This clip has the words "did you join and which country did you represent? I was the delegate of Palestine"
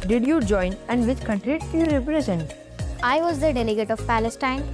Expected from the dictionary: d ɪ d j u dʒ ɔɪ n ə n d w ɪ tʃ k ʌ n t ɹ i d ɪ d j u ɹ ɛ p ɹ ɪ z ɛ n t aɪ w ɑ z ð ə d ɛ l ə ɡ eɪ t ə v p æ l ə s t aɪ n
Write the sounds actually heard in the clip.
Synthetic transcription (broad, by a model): d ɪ d j u dʒ ɔɪ n ə n d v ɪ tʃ k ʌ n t ɹ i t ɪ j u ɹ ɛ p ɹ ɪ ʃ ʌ n aɪ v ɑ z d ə d ɛ l ə ɡ eɪ t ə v p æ l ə s t aɪ n